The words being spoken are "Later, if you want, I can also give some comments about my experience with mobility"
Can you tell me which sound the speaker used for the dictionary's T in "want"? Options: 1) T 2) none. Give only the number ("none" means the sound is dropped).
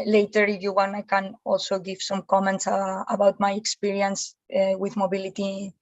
2